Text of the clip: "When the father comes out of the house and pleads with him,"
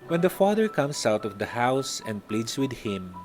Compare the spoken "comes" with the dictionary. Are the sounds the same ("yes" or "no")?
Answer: no